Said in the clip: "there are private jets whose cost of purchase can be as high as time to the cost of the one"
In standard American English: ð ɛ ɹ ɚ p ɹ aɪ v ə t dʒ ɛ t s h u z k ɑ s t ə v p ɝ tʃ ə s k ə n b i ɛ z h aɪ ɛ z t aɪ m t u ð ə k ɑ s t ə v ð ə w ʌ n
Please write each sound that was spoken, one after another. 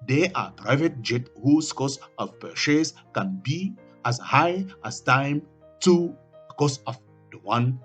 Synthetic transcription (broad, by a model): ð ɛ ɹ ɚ p ɹ aɪ v ə t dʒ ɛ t h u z k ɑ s ə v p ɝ ʃ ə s k ə n b i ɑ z h aɪ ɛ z t aɪ m t u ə k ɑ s ə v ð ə w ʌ n